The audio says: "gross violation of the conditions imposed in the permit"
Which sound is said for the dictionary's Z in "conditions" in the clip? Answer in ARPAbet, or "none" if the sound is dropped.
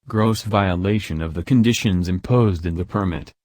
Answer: Z